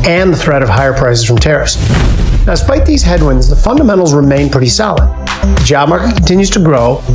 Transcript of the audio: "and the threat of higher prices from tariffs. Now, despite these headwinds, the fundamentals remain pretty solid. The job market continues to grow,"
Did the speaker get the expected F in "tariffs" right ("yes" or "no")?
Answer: no